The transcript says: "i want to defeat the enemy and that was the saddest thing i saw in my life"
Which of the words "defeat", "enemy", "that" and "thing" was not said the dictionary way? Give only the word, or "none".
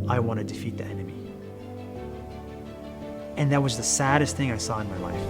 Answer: none